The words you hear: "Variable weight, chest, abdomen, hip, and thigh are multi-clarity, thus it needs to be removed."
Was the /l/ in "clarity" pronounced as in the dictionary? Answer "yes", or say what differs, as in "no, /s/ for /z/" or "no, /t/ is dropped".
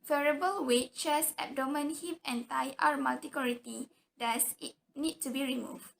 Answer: no, /l/ is dropped